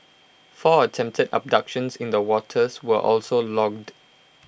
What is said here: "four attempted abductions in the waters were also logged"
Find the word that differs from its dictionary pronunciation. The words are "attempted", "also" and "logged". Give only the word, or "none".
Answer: none